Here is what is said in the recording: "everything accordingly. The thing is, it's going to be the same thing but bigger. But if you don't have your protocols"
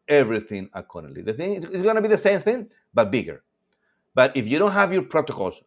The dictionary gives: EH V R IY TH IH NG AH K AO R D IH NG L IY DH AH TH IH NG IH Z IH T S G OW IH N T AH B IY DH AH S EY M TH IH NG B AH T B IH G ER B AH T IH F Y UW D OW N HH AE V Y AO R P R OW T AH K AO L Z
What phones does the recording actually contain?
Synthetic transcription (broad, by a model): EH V R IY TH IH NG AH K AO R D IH L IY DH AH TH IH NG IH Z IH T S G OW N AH B IY DH AH S EY M TH IH NG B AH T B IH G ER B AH T IH F Y UW D OW N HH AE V Y AO R P R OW T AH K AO L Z